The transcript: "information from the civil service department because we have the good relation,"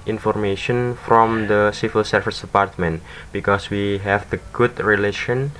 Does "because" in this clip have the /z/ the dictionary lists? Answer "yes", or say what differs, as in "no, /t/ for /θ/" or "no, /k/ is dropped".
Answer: no, /s/ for /z/